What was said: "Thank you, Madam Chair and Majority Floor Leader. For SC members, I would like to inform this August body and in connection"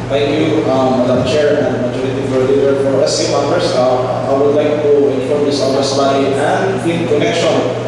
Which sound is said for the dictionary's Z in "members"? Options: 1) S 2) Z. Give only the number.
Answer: 1